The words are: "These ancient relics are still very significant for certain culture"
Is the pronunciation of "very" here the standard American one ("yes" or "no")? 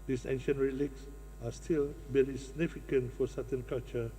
no